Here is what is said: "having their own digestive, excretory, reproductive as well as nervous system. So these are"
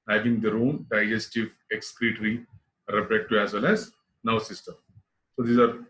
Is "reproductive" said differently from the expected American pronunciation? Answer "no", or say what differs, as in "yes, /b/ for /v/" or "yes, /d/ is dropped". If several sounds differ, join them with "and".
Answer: yes, /v/ is dropped